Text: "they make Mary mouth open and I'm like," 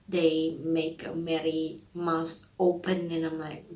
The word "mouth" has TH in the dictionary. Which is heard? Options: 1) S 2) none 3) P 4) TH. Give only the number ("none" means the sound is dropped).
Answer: 1